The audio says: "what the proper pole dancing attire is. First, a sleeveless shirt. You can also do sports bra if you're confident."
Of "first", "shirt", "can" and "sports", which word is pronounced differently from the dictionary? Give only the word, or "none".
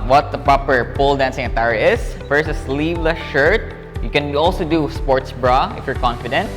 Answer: first